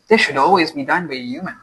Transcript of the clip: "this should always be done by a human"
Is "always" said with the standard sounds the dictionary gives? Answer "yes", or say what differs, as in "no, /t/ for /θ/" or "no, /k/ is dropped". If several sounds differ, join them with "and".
yes